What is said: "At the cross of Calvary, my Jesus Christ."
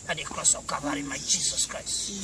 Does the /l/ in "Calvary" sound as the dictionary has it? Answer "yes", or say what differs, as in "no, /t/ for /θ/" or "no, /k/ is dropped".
no, /l/ is dropped